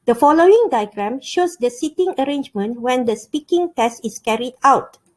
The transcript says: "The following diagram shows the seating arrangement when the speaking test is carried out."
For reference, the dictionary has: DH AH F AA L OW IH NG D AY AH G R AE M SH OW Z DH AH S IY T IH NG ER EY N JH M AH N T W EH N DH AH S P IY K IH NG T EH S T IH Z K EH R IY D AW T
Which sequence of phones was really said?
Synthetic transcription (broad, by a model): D AH F AA L OW IH NG D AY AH G R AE M SH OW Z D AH S IY T IH NG ER EY N JH M AH N T W EH N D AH S P IY K IH NG T EH S T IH S K EH R IY D AW T